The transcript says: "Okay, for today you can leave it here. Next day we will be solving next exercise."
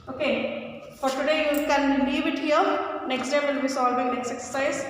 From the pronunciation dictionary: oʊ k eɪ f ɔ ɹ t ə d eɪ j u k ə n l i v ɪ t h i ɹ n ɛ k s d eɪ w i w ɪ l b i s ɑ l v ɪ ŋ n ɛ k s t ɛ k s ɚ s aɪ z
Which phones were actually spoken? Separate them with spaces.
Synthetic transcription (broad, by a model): oʊ k eɪ f ɔ ɹ t ə d eɪ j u k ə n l i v ɪ t h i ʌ n ɛ k s d eɪ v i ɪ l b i s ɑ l b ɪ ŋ n ɛ k s t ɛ k s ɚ s aɪ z